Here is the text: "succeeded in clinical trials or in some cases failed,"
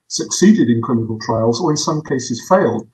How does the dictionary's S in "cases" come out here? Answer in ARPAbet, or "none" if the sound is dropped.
S